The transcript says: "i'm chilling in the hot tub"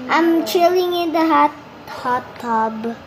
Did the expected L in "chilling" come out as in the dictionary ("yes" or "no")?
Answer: yes